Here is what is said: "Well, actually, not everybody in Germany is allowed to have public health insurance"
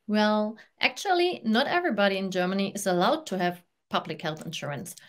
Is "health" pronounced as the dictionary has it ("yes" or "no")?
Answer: yes